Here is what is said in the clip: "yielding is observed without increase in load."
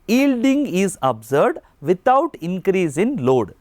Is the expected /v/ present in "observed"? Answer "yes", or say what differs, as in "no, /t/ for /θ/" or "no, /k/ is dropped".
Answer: no, /v/ is dropped